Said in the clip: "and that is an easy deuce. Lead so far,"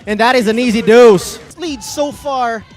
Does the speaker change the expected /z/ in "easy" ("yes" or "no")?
no